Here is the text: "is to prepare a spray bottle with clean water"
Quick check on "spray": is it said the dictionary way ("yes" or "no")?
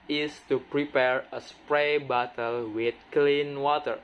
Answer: yes